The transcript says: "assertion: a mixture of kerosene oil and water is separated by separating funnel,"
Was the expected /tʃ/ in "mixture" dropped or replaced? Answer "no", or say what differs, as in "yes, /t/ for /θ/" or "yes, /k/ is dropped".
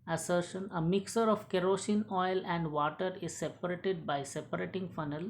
yes, /tʃ/ is dropped